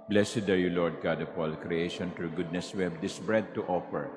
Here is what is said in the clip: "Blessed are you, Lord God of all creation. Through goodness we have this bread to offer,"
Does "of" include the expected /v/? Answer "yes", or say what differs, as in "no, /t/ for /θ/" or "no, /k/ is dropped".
no, /p/ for /v/